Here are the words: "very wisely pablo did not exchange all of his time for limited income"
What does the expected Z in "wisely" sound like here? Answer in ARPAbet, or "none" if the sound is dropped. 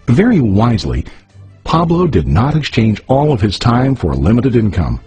Z